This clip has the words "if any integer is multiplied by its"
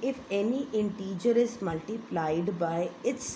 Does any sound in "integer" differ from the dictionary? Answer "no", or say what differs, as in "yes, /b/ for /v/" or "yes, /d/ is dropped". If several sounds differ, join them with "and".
no